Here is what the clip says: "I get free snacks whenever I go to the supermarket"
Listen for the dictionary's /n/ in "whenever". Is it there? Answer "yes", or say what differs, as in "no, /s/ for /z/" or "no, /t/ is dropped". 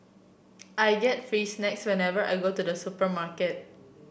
yes